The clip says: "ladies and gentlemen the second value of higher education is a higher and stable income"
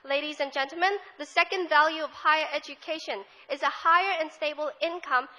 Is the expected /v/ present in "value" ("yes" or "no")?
yes